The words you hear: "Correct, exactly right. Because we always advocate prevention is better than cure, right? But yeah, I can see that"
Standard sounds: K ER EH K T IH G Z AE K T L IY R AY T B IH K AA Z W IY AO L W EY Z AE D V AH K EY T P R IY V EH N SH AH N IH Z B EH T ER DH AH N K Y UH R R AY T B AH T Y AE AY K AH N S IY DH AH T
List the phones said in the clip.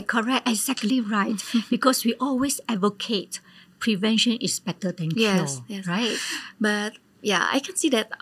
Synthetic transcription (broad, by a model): K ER EH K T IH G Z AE K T L IY R AY T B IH K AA S W IY AO L W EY S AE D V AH K EY T P R IY V EH N SH AH N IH S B EH T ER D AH N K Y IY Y R AY T B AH T Y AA AY K AH N S IY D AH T